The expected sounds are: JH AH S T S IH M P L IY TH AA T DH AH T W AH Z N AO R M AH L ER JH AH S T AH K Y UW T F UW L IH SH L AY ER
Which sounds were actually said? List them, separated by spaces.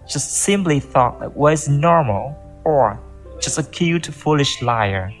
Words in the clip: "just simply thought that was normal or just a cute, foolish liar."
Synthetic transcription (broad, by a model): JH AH S T S IH M P L IY TH AA T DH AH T W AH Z N AO R M AH L ER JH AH S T AH K Y UW T F UW L IH SH L AY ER